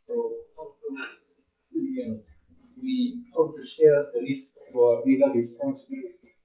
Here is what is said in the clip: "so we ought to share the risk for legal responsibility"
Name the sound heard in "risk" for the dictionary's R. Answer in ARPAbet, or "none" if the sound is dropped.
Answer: L